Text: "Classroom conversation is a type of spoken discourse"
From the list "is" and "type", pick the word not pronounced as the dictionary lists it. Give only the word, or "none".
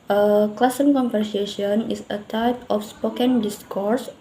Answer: is